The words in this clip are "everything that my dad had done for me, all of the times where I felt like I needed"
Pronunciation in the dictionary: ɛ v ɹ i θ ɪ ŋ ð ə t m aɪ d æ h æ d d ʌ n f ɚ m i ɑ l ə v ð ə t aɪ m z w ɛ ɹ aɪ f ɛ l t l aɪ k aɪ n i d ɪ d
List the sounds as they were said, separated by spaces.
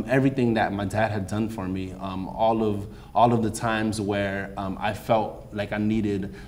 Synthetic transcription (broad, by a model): ɛ v ɹ i θ ɪ ŋ ð ə t m aɪ d æ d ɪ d d ʌ n f ɚ m i ɑ l ə v ð ə t aɪ m z w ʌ ɹ aɪ f ɛ l t l aɪ k aɪ n i d ɪ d